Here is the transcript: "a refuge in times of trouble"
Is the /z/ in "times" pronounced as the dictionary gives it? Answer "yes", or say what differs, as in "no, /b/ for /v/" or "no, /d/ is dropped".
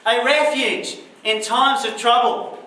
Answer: yes